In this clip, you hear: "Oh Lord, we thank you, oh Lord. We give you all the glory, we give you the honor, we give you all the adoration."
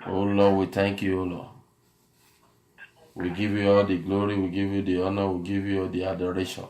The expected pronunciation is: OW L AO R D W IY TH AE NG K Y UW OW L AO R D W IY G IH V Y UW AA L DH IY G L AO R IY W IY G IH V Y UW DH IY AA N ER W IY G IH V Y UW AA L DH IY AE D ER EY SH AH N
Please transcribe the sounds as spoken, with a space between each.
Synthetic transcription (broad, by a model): OW L AO W IY T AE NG K Y UW OW L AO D W IY G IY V Y UW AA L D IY G L AO R IY W IY G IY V Y UW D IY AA N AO W IY G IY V Y UW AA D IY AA D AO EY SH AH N